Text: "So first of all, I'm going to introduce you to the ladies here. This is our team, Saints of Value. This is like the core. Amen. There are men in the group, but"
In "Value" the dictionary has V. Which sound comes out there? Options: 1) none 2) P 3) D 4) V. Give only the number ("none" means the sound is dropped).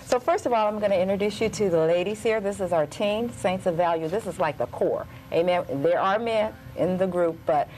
4